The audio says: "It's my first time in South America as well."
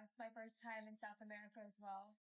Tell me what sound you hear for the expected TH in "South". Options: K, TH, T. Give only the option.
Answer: TH